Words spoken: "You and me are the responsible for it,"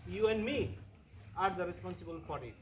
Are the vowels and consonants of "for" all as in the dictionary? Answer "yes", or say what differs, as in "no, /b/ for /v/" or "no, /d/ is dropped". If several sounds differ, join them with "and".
no, /p/ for /f/